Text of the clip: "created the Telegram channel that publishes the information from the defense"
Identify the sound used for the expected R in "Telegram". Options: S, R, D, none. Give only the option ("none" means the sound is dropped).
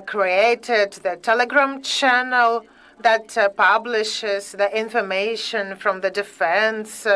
R